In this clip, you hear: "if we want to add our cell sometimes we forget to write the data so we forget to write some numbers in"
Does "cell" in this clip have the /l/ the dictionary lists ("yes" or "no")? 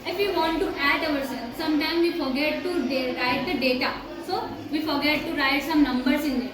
no